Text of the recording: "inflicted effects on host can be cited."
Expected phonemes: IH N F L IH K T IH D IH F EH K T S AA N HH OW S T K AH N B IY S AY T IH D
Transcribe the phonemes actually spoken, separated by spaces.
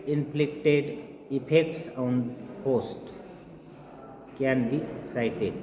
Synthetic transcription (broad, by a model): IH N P L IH K T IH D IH P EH K T S AA N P OW S T K AH N B IY S AY T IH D